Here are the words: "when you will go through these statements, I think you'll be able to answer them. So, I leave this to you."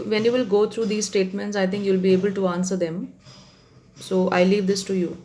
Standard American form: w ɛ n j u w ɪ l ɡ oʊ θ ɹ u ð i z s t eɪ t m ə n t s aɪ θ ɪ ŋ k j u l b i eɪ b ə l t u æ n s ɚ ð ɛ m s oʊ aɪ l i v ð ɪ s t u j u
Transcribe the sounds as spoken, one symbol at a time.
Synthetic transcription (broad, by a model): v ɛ n j u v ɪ l ɡ oʊ t ɹ u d i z s t eɪ t m ə n t s aɪ t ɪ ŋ k j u l b i eɪ b ə l t u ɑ n s ɚ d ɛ m s oʊ aɪ l i v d ɪ s t u j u